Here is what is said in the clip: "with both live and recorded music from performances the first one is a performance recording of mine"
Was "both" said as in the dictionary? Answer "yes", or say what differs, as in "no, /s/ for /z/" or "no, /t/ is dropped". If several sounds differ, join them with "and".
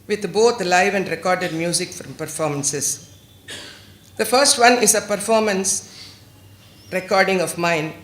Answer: no, /t/ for /θ/